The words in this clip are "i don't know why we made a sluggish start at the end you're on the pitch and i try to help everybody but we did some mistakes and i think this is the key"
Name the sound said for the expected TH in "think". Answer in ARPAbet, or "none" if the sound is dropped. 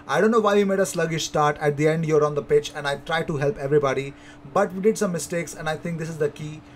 T